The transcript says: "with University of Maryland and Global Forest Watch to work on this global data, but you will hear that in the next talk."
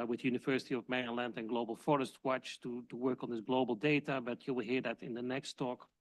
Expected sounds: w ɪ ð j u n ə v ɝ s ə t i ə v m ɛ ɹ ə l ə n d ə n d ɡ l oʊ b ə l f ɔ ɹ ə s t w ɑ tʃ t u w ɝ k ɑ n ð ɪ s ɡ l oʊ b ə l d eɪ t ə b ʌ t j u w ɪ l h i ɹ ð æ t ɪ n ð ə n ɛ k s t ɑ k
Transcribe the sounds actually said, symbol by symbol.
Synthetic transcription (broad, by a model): w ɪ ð j u n ə v ɝ s ə t i ə v m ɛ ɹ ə l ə n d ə n ɡ l oʊ b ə l f ɔ ɹ ə s t w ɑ tʃ t u w ɝ k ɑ n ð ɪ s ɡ l oʊ b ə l d eɪ t ə b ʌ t j u w ɪ l h i ɹ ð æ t ɪ n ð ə n ɛ k s t ɑ k